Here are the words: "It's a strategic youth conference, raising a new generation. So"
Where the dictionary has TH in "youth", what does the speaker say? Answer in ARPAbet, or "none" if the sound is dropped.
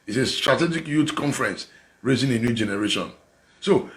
T